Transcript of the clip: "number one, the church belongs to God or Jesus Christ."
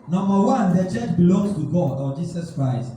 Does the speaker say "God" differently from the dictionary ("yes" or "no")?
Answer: no